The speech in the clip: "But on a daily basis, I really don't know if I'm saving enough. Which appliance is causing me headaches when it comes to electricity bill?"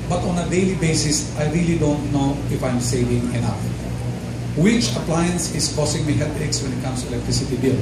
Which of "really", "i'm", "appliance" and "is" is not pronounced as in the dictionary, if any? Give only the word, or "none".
is